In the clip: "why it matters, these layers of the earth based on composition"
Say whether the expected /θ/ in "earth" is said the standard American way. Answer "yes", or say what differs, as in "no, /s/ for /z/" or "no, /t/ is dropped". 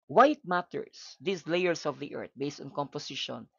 no, /t/ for /θ/